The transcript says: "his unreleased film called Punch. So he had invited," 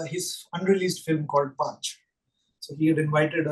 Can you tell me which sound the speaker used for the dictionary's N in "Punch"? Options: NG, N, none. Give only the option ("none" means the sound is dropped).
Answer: none